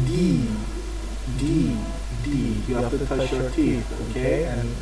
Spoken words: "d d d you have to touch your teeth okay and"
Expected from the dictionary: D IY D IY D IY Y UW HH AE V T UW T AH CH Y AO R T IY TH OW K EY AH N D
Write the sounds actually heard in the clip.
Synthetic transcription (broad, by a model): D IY D IY D IY Y UW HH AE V T UW T AH CH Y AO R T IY S OW K EY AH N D